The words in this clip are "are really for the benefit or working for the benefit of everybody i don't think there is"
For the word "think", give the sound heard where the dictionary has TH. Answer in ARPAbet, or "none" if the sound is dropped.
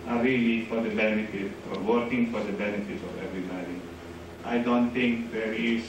T